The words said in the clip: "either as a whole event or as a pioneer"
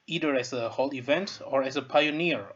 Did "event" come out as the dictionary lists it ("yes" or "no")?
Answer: yes